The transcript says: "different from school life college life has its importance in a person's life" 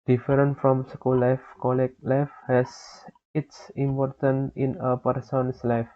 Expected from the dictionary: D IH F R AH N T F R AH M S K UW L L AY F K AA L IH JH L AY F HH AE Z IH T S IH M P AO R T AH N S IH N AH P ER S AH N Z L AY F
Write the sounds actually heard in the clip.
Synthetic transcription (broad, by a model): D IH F R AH N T F R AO M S K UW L L AY F K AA L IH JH L AY F HH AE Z IH T S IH M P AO R T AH N IH N AH P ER S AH N S L AY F